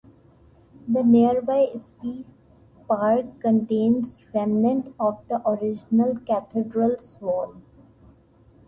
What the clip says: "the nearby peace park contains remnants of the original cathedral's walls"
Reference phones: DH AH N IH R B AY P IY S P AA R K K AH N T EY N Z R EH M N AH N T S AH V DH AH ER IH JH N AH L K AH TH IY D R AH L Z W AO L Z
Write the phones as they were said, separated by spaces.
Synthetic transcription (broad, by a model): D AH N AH R B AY P IY S P AA R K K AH N T EY N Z R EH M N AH N T AH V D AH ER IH JH N AH L K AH T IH D R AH L S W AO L